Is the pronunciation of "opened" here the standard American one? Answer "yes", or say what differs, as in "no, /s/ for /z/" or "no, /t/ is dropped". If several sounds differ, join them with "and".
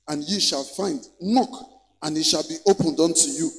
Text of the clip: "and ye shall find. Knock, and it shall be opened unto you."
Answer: yes